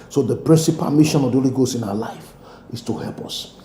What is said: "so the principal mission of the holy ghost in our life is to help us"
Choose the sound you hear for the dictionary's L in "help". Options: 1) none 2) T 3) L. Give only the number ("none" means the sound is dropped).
3